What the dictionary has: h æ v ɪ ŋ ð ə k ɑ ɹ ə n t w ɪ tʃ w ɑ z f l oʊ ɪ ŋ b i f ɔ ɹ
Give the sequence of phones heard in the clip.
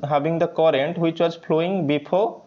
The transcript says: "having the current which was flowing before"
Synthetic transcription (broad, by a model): h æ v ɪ ŋ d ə k ɑ ɹ ə n t w ɪ tʃ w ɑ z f l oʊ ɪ ŋ b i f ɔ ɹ